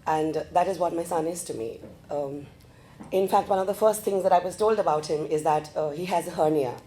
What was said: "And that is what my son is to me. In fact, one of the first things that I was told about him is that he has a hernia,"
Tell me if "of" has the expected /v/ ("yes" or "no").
yes